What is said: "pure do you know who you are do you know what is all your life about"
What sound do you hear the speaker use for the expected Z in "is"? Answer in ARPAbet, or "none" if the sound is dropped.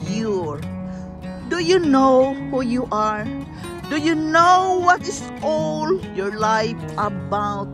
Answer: S